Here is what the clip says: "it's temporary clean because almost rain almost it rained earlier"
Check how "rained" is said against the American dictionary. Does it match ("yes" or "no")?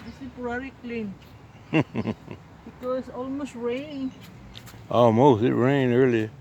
no